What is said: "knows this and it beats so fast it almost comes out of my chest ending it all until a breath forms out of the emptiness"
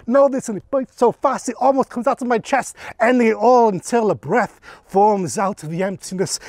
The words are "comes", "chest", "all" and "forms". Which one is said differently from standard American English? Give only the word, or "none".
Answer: none